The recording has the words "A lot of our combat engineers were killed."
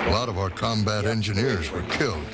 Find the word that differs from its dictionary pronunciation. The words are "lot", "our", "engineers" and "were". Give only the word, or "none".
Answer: none